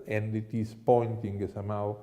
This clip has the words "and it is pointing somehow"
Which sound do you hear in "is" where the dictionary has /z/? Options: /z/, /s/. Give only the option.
/s/